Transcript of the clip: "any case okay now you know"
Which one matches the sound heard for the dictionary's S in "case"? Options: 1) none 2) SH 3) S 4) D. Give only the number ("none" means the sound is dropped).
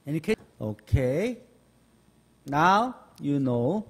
1